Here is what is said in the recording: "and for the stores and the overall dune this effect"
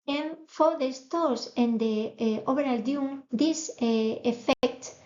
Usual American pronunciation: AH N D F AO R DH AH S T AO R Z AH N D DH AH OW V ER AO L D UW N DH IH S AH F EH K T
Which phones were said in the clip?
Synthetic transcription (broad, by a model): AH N F AO R DH AH S T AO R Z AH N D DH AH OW B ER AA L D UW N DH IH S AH F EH K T